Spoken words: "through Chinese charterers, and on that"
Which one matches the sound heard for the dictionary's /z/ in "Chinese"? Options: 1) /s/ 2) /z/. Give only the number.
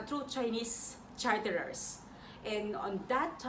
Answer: 1